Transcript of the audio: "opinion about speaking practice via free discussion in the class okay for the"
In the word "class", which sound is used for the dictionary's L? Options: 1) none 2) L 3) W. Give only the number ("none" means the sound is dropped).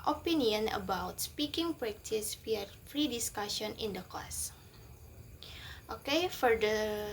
1